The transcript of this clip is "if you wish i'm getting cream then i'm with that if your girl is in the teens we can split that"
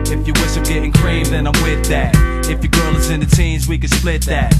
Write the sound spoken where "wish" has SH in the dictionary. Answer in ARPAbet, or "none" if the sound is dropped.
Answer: S